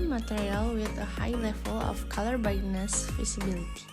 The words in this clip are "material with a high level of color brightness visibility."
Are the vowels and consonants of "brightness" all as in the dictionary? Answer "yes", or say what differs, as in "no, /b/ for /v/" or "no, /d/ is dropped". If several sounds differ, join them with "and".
no, /ɹ/ is dropped